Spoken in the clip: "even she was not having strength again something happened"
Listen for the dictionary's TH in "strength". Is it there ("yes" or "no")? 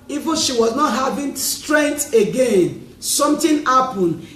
no